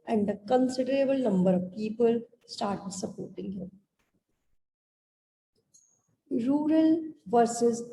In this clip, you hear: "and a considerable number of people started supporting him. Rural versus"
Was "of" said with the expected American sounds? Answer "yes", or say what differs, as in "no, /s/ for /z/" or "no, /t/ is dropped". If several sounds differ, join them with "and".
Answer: yes